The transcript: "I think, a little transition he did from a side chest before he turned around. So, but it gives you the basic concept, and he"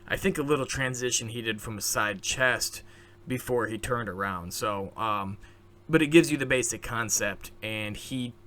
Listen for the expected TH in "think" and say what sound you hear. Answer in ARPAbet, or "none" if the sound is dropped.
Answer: TH